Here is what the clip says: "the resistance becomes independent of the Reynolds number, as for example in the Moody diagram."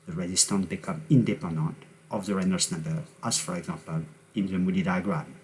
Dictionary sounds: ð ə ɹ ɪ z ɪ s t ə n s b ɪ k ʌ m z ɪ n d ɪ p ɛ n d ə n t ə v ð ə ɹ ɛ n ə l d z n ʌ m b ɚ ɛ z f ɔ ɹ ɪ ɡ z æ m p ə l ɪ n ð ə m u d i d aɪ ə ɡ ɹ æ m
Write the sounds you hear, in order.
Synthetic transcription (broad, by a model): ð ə ɹ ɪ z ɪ s t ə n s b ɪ k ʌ m ɪ n d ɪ p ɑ n d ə n t ə v ð ə ɹ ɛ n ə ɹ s n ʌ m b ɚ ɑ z f ɔ ɹ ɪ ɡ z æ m p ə l ɪ n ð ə m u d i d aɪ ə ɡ ɹ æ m